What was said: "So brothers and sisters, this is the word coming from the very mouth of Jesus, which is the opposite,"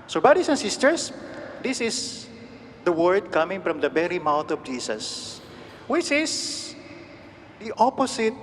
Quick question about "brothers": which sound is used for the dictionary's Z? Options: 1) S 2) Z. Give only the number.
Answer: 1